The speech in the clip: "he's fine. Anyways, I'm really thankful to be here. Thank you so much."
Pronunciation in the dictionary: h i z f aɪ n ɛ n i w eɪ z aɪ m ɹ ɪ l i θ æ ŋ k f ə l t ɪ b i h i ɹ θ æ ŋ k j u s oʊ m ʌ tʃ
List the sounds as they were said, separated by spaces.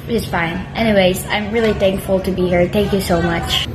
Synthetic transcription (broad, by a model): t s f aɪ n ɛ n i w eɪ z aɪ m ɹ ɪ l i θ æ ŋ k f l t ɪ b i h i ɹ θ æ ŋ k j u s oʊ m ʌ tʃ